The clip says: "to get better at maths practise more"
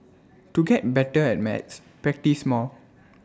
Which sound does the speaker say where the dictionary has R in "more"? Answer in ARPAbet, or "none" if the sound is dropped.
L